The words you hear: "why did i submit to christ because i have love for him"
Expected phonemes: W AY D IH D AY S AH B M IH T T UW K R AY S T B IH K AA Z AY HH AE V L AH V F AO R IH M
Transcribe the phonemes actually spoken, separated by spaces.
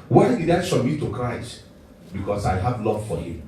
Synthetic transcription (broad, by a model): W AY D IH D AY SH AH M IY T T UW K R AY S T B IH K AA S AY HH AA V L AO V F AO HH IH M